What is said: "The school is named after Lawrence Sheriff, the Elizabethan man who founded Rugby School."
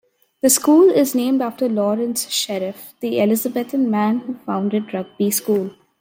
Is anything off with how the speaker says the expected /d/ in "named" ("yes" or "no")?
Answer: no